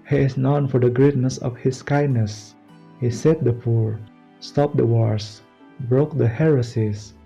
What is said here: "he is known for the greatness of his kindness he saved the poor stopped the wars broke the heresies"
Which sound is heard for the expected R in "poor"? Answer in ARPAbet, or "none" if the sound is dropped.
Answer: R